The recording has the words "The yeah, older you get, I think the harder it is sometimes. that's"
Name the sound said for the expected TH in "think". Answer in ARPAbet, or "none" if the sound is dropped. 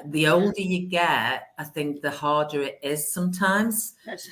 TH